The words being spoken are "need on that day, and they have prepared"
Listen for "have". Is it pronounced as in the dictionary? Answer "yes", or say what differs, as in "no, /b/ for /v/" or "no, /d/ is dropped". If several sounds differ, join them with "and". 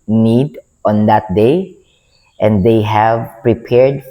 yes